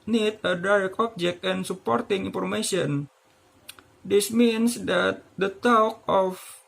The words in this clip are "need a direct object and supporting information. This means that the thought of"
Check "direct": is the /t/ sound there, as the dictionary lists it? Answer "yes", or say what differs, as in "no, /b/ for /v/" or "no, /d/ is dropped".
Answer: no, /t/ is dropped